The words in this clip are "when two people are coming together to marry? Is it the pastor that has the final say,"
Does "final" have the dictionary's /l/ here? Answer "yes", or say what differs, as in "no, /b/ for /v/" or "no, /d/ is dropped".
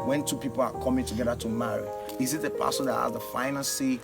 no, /n/ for /l/